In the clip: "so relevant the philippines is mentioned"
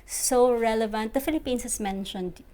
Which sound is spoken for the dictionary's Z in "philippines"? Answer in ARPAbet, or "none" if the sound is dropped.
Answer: S